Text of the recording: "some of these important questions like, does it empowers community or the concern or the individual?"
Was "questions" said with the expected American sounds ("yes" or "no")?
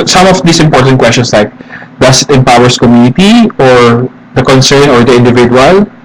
no